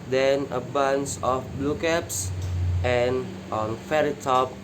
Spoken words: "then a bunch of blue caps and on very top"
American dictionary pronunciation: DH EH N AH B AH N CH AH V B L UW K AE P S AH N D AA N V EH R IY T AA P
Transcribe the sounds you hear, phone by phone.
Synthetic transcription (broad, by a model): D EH N AH B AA N S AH F B L UW K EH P S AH N AA N F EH R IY T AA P